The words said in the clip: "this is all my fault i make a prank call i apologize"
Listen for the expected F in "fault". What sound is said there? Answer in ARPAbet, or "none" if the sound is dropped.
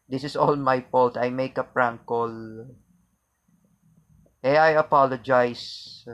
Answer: P